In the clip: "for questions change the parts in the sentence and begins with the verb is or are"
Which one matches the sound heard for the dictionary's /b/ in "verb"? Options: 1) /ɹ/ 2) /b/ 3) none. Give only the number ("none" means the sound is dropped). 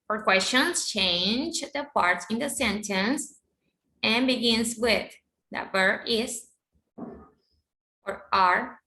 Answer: 3